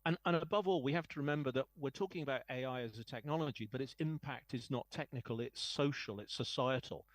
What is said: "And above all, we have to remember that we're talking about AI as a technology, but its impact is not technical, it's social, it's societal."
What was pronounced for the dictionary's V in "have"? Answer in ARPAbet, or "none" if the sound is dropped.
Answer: F